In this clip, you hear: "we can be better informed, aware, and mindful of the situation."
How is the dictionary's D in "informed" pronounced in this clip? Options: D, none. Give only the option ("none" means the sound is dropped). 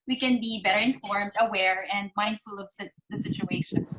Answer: D